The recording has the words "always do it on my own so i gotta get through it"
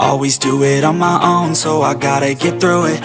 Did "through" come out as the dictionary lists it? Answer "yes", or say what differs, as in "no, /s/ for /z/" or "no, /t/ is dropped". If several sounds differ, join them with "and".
yes